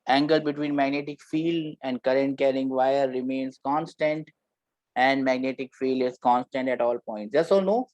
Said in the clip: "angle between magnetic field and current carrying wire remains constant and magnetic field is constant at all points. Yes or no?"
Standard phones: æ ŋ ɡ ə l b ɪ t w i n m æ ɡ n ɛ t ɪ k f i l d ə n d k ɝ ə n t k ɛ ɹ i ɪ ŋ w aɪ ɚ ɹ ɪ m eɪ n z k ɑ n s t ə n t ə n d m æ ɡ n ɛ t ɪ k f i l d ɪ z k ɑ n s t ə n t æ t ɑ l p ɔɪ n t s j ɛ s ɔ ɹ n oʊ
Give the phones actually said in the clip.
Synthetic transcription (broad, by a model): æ ŋ ɡ ə l b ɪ t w i n m æ ɡ n ɛ t ɪ k f i l ə n d k ɝ ə n t k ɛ ɹ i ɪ ŋ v aɪ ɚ ɹ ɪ m eɪ n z k ɑ n s t ə n t ə n d m æ ɡ n ɛ t ɪ k f i l ɪ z k ɑ n s t ə n t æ t ɑ l p ɔɪ n t s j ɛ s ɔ l n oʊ